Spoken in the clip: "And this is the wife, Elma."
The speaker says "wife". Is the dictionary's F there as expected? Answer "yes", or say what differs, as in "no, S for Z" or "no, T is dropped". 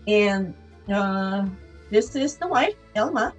no, F is dropped